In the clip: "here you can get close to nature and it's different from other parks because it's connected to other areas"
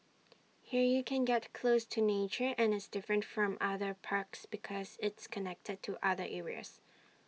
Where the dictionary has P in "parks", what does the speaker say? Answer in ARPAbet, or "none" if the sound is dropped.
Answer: P